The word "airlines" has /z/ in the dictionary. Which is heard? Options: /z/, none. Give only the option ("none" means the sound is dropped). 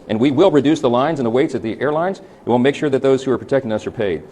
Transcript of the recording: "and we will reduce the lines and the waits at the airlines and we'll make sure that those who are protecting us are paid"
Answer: /z/